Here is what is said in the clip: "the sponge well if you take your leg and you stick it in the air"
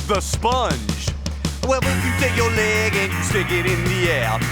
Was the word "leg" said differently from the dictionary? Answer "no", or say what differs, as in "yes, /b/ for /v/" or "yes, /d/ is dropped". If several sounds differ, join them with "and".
no